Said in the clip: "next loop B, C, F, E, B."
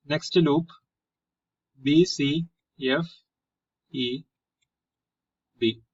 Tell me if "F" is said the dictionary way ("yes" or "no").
yes